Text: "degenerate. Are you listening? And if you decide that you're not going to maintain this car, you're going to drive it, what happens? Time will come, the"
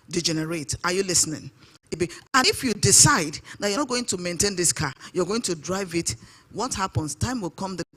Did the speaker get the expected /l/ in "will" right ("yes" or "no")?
yes